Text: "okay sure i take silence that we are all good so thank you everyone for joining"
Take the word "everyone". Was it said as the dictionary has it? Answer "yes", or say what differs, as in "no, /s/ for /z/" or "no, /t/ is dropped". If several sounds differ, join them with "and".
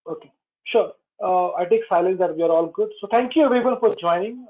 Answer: no, /ɹ/ is dropped